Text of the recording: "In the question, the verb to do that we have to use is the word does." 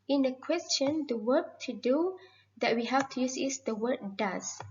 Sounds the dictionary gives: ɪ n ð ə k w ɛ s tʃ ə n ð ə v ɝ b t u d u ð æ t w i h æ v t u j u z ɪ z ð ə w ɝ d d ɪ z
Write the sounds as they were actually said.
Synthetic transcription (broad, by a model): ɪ n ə k w ɛ s tʃ ə n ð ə w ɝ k t u d u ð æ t w i h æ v t u j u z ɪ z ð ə w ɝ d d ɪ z